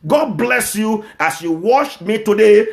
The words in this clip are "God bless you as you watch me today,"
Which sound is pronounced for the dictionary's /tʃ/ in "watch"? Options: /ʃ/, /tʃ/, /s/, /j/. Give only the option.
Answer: /ʃ/